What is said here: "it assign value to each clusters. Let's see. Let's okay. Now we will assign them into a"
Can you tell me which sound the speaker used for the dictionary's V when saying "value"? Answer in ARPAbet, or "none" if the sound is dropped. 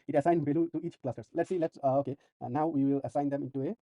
B